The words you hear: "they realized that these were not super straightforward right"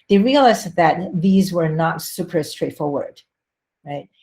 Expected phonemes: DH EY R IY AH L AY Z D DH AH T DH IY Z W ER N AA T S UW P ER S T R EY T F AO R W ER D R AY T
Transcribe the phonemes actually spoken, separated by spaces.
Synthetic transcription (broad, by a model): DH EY R IY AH L AY Z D DH AH T DH IY Z W ER N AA T S UW P ER S T R EY T F AO R W ER D R AY T